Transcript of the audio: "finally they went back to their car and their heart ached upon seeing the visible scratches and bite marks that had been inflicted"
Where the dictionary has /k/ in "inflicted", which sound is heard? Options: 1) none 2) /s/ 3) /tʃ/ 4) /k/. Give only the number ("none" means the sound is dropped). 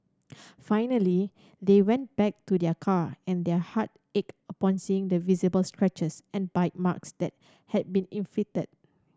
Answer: 1